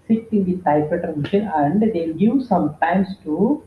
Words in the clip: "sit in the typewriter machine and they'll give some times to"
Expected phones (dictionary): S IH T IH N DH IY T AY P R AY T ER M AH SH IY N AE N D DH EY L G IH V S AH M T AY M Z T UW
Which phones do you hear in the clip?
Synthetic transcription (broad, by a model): S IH T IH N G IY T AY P AY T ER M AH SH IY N AE N D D EY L G IH V S AH M T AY M S T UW